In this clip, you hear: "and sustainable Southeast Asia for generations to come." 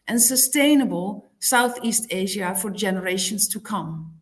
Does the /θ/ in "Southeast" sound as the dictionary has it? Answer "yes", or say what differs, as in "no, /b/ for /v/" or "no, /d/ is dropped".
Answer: yes